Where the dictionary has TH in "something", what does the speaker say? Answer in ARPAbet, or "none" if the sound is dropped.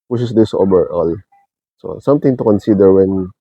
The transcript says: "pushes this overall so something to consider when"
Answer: T